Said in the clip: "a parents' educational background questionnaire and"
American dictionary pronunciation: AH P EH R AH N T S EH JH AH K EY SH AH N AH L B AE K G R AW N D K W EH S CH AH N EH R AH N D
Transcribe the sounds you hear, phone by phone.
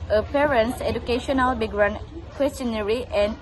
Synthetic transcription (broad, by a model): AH P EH R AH N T S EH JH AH K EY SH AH N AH L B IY G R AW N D K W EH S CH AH N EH R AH N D